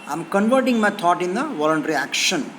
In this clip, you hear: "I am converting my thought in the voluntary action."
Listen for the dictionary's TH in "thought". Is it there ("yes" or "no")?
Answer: no